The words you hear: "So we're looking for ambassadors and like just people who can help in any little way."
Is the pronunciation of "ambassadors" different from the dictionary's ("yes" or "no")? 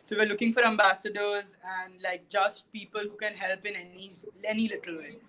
no